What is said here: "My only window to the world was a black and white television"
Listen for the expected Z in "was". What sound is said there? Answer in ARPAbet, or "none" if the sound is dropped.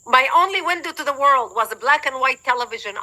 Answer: Z